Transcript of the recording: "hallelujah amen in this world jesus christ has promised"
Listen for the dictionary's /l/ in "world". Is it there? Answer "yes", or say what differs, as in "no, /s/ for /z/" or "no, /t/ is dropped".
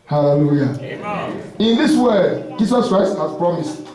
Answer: no, /l/ is dropped